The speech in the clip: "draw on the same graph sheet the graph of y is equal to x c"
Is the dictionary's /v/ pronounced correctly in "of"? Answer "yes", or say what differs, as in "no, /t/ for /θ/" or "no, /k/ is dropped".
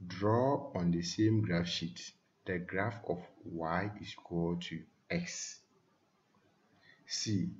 no, /f/ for /v/